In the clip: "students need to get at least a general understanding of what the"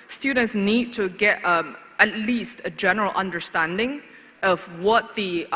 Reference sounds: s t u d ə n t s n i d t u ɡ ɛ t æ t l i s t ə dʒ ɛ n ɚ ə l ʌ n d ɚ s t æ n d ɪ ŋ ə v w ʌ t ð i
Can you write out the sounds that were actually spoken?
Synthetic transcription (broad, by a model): s t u d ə n t s n i d t u ɡ ɛ t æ t l i s t ə dʒ ɛ n ɚ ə l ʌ n d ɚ s t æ n d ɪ ŋ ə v w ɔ t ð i